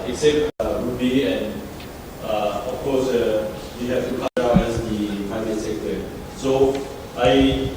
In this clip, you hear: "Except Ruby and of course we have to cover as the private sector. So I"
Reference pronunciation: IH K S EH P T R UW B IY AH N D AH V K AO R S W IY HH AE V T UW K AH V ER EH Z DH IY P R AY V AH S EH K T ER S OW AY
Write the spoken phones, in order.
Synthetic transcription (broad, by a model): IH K S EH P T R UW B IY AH N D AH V K AO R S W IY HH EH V T UW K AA AA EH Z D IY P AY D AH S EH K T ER S OW AY